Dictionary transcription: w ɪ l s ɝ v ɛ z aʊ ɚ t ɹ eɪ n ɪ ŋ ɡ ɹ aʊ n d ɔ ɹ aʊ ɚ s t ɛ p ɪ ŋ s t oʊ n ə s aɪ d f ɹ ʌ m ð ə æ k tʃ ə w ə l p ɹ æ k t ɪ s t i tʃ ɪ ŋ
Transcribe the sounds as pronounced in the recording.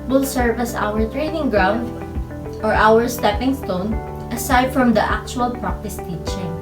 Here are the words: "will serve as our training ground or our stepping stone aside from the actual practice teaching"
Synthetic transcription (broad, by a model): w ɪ l s ɝ v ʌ s aʊ ɚ t ɹ eɪ n ɪ ŋ ɡ ɹ aʊ n d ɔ ɹ aʊ ɚ s t ɛ p ɪ ŋ s t oʊ n ə s aɪ d f ɹ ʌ m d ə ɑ k tʃ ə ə l p ɹ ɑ k t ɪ s t i tʃ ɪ ŋ